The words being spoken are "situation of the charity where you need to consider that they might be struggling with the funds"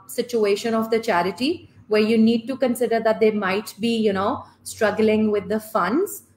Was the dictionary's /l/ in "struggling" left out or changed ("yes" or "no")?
no